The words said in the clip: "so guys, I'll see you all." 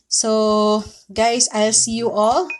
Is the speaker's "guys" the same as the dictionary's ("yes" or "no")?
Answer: no